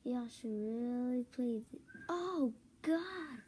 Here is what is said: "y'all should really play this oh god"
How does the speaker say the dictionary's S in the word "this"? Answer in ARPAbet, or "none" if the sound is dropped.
none